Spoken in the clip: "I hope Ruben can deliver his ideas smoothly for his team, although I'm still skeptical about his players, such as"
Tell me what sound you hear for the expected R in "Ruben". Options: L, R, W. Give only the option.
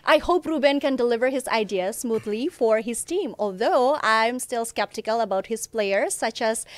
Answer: R